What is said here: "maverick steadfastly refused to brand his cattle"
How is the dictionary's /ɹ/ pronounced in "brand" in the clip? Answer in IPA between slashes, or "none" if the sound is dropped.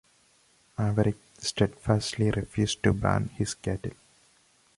none